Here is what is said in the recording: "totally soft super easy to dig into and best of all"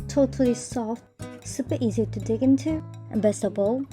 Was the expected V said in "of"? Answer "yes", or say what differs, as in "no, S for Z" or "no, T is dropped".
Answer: no, B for V